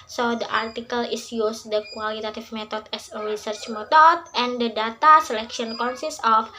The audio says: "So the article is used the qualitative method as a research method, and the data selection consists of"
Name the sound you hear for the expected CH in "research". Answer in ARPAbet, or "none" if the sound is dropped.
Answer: CH